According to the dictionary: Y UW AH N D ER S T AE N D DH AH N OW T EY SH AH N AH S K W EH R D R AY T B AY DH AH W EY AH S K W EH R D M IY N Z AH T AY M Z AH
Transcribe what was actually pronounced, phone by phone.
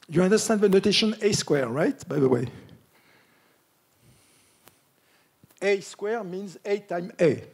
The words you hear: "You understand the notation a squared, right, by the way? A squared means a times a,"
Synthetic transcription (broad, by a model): Y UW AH N D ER S T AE N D DH AH N OW T EY SH AH N AH S K W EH R R AY T B AY DH AH W EY AH S K W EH R M IY N Z AH T AY M AH